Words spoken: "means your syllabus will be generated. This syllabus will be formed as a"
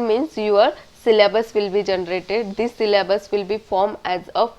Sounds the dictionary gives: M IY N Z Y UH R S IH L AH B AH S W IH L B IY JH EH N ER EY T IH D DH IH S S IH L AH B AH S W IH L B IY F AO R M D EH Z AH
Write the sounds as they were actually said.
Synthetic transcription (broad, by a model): M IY N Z Y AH R S IH L AH B AH S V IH L B IY JH EH N ER EY T IH D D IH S S IH L AH B AH S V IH L B IY F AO R M EH Z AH